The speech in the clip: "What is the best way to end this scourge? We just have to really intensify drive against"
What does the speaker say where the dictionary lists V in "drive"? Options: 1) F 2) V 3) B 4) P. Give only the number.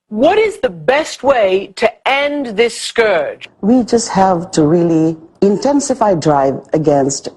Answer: 2